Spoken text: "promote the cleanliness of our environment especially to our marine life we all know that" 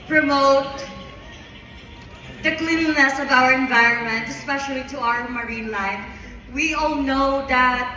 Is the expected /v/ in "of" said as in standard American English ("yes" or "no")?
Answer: yes